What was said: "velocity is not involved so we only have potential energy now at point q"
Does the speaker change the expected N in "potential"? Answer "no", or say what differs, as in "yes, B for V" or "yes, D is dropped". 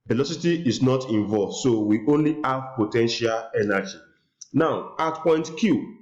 no